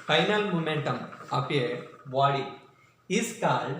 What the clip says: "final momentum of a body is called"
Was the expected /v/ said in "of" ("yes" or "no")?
no